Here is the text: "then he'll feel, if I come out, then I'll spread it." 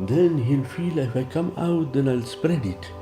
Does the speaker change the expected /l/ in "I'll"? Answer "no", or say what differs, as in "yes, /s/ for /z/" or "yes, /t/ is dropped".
no